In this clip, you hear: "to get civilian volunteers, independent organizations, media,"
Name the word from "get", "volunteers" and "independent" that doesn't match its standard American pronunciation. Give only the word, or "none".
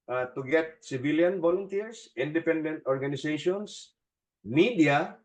volunteers